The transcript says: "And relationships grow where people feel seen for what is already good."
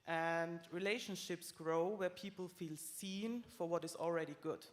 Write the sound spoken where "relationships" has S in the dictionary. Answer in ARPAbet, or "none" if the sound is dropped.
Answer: S